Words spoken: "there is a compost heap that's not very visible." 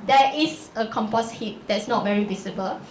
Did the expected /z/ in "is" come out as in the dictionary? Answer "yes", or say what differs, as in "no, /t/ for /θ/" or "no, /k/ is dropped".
no, /s/ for /z/